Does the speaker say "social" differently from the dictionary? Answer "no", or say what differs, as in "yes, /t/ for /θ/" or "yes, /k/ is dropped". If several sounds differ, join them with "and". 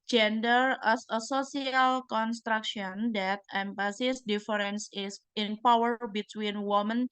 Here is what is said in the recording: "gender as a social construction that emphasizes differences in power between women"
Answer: yes, /s/ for /ʃ/